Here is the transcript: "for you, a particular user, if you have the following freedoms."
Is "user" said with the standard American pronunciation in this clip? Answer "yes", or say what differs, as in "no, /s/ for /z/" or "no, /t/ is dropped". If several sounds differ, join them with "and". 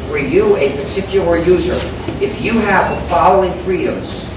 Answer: yes